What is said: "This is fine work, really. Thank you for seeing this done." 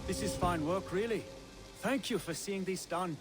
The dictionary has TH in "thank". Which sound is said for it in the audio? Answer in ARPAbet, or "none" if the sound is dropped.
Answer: TH